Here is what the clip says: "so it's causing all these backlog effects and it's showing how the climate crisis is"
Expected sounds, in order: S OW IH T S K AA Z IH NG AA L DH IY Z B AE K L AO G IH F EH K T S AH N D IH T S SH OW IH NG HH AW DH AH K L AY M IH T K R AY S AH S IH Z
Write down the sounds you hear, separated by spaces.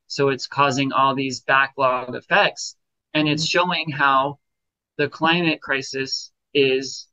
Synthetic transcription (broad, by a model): S OW IH T S K AA Z IH NG AA L DH IY Z B AE K L AO G IH F EH K T S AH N IH T S SH OW IH NG HH AW DH AH K L AY M IH T K R AY S AH S IH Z